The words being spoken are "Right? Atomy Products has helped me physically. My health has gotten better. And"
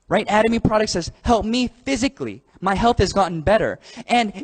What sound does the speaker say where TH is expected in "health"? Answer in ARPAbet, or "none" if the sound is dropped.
TH